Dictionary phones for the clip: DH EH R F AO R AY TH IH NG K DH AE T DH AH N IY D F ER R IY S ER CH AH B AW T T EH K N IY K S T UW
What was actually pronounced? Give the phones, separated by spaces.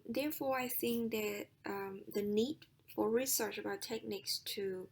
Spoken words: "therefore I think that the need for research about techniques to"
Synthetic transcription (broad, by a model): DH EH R F AO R AY TH IH NG K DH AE T DH AH N IY D F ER R IY S ER CH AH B AW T T EH K N IY K S T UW